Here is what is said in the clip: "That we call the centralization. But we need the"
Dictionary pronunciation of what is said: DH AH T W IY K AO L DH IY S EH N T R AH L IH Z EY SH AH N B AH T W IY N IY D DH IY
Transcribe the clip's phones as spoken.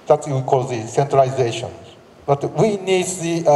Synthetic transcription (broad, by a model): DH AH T W IY K AO L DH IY S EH N T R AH IH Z EY SH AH N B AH T W IY N IY D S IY